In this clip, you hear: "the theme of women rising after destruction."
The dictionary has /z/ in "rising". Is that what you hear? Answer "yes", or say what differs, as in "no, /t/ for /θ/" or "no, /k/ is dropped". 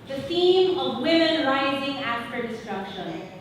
yes